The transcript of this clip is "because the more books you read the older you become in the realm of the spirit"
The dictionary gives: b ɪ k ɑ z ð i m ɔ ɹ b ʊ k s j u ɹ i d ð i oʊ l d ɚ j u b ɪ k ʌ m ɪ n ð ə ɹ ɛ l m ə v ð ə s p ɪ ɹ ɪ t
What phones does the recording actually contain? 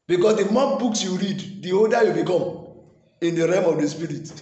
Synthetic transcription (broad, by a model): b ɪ k ɑ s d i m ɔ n b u k s j u ɹ i d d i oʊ d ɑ j u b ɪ k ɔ m ɪ n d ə ɹ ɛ m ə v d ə s p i ɹ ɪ t